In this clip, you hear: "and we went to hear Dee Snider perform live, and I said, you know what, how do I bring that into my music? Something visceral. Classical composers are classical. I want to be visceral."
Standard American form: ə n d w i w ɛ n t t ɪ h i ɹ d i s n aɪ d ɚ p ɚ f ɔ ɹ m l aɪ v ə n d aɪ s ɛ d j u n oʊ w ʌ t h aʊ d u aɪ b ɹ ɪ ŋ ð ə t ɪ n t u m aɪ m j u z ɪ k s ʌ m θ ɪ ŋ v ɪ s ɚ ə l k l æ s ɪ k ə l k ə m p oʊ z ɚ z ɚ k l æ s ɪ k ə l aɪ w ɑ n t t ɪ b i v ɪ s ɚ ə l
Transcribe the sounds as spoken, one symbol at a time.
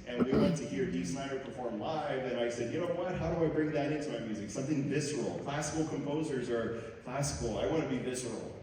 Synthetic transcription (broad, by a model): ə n w i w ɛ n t t ɪ h i ɹ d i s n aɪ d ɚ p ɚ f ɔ ɹ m l aɪ v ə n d aɪ s ɛ d j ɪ n oʊ w ʌ t h aʊ d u aɪ b ɹ ɪ ŋ ð ə t ɪ n t u m aɪ m j u z ɪ k s ʌ m θ ɪ ŋ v ɪ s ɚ l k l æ s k l k ə m p oʊ z ɚ z ɚ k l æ s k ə l aɪ w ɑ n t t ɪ b i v ɪ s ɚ l